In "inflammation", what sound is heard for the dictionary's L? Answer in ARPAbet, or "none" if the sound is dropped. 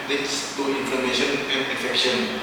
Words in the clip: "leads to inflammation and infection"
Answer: none